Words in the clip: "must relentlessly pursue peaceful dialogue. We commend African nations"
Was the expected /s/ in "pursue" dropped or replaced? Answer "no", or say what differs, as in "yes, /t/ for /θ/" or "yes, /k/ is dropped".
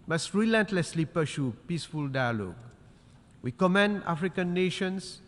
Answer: yes, /ʃ/ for /s/